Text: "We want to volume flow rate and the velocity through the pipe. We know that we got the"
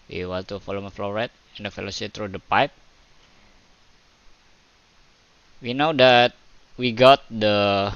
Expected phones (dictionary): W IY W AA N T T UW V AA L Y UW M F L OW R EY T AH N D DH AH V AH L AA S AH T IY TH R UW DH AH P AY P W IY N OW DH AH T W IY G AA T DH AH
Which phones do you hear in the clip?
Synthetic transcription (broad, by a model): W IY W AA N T T UW F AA L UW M F L OW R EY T AH N D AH F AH L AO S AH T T R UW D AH P AY P W IY N OW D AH T W IY G AA T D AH